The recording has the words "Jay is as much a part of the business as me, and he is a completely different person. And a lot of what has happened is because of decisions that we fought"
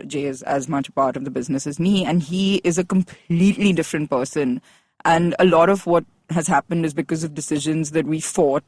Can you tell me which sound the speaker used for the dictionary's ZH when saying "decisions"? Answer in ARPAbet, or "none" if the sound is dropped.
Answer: ZH